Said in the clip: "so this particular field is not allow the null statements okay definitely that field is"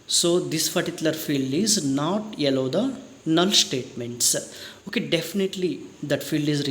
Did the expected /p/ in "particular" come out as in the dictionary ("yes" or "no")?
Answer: no